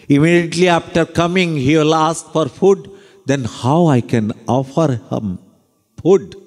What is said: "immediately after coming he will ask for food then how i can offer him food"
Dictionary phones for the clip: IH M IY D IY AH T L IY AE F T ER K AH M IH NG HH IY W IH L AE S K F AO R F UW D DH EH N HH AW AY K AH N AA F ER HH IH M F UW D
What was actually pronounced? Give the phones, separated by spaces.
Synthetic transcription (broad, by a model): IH M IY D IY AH T L IY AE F T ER K AH M IH NG HH IY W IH L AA S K F AO R F UW D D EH N HH AW AY K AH N AA F ER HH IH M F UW D